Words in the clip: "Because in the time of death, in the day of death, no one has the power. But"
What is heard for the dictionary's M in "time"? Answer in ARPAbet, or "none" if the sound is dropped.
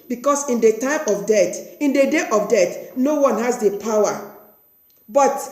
M